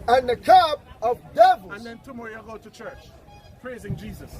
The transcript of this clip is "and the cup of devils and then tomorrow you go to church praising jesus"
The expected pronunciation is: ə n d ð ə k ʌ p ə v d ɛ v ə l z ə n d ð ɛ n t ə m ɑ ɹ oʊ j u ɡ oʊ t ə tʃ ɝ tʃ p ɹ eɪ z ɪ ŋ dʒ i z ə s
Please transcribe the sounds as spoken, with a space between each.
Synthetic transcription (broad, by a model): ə n ð ə k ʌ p ə v d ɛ v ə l ə n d ð ɛ n t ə m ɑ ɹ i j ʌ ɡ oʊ t ə tʃ ɝ tʃ p ɹ eɪ z ɪ ŋ dʒ i z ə s